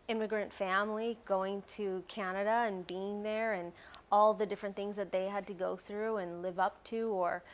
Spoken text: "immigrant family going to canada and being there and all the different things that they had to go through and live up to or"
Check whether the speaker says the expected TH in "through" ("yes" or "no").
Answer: yes